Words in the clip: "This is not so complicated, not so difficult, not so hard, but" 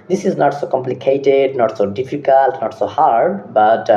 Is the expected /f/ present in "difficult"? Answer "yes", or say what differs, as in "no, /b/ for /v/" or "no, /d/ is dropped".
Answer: no, /p/ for /f/